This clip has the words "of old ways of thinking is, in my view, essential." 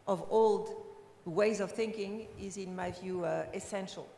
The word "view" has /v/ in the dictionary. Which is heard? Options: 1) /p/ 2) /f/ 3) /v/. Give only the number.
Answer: 3